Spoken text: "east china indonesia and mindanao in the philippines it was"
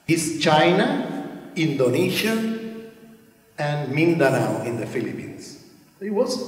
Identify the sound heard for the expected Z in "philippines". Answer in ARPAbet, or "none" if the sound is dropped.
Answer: S